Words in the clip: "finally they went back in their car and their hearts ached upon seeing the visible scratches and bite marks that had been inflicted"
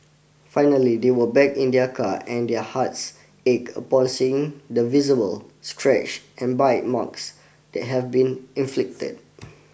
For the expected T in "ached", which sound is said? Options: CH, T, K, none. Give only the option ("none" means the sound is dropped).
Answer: none